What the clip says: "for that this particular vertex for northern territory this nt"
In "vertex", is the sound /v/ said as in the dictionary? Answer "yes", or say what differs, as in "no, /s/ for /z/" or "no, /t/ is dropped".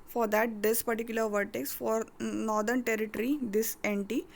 yes